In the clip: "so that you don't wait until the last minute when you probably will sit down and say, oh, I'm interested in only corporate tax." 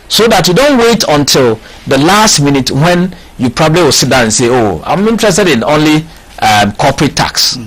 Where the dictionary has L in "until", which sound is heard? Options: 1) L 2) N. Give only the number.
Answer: 1